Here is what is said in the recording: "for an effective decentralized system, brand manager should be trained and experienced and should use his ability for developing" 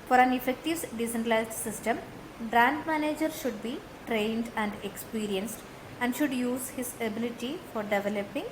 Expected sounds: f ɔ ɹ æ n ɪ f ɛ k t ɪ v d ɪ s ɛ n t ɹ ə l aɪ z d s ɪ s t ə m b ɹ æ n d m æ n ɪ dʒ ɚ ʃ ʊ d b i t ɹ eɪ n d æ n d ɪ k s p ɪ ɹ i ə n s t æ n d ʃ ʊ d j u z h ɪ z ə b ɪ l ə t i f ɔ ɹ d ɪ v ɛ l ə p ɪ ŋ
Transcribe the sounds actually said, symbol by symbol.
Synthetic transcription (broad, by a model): f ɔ ɹ æ n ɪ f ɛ k t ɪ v d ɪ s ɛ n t ə l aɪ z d s ɪ s t ə m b ɹ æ n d m æ n ɪ dʒ ɚ ʃ ʊ d b i t ɹ eɪ n d æ n d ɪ k s p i ɹ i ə n s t æ n d ʃ ʊ d j u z h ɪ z ə b ɪ l ə t i f ɔ ɹ d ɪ v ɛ l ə p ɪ ŋ